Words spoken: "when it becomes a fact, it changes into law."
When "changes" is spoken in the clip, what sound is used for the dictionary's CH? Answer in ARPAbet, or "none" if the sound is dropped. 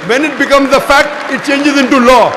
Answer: CH